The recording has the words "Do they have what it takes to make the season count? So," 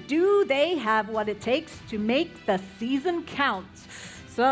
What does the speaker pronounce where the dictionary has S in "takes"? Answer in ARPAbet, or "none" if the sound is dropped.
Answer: S